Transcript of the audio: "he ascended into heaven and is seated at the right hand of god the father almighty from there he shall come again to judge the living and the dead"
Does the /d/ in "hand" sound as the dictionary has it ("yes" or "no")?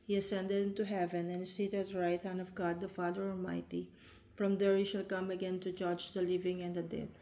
no